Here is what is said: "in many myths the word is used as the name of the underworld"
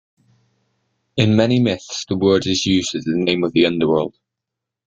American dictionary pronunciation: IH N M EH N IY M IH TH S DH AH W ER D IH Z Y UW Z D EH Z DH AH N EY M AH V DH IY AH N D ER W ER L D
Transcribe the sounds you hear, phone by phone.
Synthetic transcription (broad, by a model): IH N M EH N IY M IH TH S DH AH W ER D IH Z Y UW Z IH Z DH AH N EY M AH V DH IY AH N D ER W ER L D